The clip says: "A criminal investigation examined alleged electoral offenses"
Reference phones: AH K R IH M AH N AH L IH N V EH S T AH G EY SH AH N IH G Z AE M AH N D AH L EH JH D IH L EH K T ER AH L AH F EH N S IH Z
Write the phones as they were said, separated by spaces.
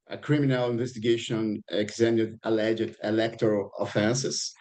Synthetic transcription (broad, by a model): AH K R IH M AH N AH L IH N V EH S T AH G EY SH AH N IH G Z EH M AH D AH L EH JH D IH L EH K T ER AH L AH F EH N S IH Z